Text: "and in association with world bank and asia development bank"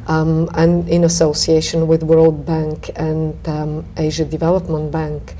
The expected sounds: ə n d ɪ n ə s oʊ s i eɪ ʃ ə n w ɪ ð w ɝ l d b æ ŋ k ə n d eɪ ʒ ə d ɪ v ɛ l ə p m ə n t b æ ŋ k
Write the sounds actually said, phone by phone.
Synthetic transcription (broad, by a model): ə n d ɪ n ə s oʊ s i eɪ ʃ ə n w ɪ ð w ɝ l d b æ ŋ k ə n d eɪ ʒ ə d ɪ v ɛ l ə p m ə n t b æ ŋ k